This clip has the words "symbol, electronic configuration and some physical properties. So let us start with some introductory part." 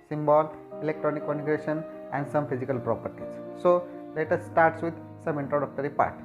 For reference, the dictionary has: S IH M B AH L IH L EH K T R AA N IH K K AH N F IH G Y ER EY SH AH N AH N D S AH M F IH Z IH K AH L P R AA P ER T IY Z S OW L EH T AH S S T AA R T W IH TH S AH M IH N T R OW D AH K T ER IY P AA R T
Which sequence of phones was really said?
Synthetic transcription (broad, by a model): S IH M B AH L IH L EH K T R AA N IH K K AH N IH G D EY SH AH N AH N D S AH M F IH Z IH K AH L P R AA P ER T IY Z S OW L EH T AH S S T AA R T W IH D S AH M IH N T R OW D AH K T ER IY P AA R T